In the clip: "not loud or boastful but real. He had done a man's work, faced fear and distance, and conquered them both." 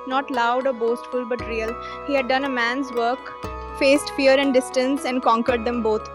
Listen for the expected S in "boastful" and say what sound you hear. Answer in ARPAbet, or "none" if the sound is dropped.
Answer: S